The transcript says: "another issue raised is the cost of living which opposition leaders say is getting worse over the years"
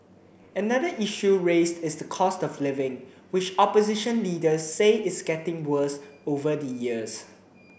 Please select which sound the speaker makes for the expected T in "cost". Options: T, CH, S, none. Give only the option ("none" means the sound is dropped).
T